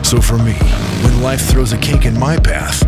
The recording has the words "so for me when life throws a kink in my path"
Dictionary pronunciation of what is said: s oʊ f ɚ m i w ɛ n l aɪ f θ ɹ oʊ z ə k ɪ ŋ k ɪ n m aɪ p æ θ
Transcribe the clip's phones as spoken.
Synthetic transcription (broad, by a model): s oʊ f ɚ m i w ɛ n l aɪ f θ ɹ oʊ z ə k ɪ k ɪ n m aɪ p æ θ